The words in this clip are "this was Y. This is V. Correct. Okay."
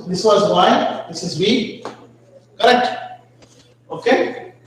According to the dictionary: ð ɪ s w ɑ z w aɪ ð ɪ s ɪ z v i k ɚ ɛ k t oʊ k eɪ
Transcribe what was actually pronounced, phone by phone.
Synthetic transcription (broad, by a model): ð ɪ s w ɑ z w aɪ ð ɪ s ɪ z b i k ɚ ɛ k t oʊ k eɪ